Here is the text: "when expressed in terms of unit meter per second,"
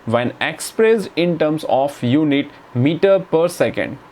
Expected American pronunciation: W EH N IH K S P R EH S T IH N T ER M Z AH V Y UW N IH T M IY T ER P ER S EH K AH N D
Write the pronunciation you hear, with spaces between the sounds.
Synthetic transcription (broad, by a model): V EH N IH K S P R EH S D IH N T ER M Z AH F Y UW N IH T M IY T ER P ER S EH K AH N D